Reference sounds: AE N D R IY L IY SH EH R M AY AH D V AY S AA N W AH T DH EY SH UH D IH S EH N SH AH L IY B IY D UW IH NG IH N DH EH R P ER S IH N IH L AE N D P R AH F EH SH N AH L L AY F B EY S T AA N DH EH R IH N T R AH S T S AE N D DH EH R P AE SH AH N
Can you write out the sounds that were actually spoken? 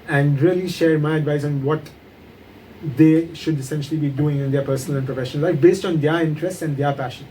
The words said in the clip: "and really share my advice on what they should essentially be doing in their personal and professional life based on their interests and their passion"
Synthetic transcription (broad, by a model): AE N D R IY L IY SH EH R M AY AH D V AY S AA N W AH T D EY SH UH D IH S EH N SH AH L IY B IY D UW IH NG IH N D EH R P ER S IH N IH L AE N P R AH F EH SH AH N L AY F B EY S T AA N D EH R IH N T R AH S T S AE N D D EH R P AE SH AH N